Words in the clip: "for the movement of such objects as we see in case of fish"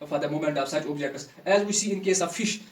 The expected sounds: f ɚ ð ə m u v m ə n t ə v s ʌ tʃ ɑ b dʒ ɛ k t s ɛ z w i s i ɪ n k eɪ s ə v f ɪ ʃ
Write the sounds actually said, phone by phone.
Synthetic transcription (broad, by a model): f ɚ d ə m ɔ m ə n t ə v s ʌ tʃ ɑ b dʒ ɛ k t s ɛ z w i s i ɪ n k eɪ s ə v f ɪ ʃ